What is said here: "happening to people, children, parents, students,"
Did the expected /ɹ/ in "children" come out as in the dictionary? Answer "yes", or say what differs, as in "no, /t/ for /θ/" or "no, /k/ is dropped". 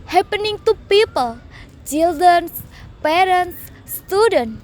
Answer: no, /ɹ/ is dropped